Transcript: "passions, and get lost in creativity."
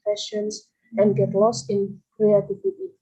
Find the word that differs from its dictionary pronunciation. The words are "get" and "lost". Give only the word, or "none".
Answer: none